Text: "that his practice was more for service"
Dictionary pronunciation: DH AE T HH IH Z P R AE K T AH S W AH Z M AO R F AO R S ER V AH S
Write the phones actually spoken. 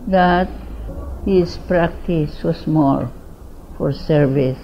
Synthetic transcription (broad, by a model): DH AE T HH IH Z P R AE K T AH S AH S M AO L F AO R S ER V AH S